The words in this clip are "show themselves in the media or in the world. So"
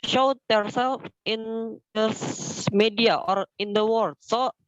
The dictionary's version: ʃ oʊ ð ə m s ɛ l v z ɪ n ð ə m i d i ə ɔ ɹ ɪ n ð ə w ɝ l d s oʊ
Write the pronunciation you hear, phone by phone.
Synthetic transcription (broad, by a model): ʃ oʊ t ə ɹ s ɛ l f ɪ n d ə m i d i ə ɔ ɹ ɪ n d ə w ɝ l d s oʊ